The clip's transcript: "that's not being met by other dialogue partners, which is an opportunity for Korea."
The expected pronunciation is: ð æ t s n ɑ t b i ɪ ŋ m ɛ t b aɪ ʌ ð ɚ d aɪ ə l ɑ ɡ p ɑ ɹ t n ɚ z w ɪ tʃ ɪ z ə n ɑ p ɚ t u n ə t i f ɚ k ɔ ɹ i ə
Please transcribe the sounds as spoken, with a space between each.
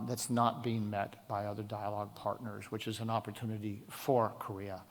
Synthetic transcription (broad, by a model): ð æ t s n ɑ t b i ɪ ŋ m ɛ t b aɪ ʌ ð ɚ d aɪ ə l ɑ ɡ p ɑ ɹ t n ɚ z w ɪ tʃ ɪ z ə n ɑ p ɚ t u n ə t i f ɚ k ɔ ɹ i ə